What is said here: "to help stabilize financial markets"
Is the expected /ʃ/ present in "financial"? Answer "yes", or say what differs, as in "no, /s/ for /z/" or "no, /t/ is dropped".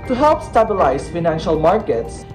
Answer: yes